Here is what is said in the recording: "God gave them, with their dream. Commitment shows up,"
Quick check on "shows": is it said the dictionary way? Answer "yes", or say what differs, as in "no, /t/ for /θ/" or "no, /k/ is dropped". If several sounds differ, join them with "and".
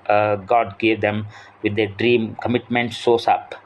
no, /s/ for /ʃ/ and /s/ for /z/